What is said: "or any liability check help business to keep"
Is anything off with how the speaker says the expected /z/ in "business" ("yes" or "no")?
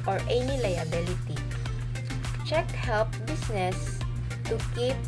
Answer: yes